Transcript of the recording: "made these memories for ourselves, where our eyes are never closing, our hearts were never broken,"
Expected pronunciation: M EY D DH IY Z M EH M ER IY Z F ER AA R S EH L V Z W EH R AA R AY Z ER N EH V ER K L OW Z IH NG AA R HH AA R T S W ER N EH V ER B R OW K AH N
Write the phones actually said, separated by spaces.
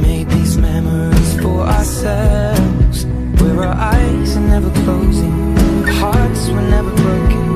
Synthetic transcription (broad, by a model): M EY D DH IY Z M EH M ER IY Z F ER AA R S EH L V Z W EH R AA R AY Z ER N EH V ER K L OW Z IH NG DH HH AA R T S W ER N EH V ER B R OW K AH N